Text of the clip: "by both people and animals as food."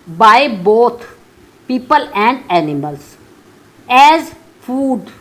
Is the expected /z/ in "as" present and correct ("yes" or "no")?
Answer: yes